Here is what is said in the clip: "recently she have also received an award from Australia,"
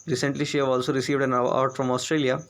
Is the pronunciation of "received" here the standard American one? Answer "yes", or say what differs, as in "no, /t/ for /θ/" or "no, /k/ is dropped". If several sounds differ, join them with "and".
yes